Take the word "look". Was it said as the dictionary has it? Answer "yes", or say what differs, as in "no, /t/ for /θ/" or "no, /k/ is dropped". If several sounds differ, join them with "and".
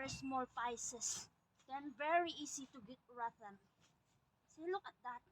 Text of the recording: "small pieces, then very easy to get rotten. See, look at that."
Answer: yes